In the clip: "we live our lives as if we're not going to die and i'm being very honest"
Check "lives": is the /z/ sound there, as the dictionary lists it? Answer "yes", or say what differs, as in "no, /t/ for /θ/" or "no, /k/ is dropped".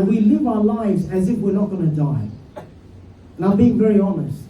yes